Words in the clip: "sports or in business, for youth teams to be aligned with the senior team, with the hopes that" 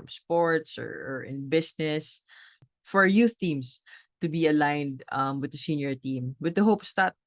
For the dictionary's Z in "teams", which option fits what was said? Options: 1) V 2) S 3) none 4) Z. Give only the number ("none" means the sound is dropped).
2